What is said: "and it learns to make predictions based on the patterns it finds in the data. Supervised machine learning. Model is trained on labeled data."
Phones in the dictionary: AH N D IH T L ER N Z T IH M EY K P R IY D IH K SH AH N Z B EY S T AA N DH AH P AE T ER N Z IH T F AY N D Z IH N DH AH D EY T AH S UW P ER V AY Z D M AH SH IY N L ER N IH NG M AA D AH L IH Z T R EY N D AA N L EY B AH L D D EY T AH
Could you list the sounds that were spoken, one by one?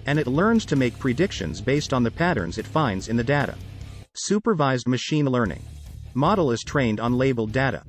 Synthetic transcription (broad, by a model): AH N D IH T L ER N Z T IH M EY K P R IY D IH K SH AH N Z B EY S T N DH AH P AE T ER N Z IH T F AY N D Z IH N DH AH D EY T AH S UW P ER V AY Z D M AH SH IY N L ER N IH NG M AA D L IH Z T R EY N D N L EY B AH L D D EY T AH